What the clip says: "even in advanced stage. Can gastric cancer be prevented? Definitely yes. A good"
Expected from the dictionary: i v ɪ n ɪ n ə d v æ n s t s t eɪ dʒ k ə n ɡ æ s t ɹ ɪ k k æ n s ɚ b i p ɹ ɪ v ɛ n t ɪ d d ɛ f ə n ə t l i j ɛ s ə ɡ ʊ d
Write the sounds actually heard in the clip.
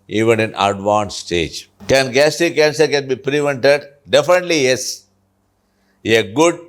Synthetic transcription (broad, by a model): i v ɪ n ɪ n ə d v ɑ n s s t eɪ dʒ k ə n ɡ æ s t ɪ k k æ n s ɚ b i p ɹ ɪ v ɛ n t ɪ d d ɛ f ə n ə t l i j ɛ s ə ɡ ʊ d